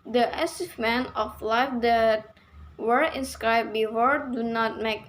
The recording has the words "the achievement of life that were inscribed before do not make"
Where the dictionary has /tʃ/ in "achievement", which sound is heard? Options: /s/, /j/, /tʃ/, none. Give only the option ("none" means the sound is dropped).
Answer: /s/